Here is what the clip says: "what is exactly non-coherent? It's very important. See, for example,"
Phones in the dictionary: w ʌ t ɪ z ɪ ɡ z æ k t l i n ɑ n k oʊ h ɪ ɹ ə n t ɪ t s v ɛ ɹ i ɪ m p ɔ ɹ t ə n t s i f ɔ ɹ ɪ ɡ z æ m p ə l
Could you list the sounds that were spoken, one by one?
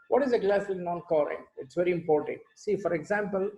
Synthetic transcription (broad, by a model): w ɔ t ɪ z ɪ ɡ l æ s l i n ɑ n k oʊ ɹ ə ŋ ɪ t s v ɛ ɹ i ɪ m p ɔ ɹ t ə n t s i f ɔ ɹ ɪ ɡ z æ m p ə l